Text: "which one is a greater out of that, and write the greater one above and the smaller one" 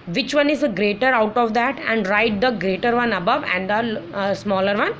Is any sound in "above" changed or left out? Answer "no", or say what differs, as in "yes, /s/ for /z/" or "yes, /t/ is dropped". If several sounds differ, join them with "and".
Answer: no